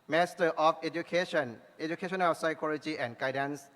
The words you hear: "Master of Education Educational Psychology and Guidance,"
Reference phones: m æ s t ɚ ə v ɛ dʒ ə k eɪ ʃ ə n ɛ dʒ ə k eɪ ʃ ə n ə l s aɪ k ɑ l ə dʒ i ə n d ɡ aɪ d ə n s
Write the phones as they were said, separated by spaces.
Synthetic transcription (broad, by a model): m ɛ s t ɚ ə f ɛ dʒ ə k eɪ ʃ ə n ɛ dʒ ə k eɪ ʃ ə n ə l s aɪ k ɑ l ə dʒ i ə n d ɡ aɪ d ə n s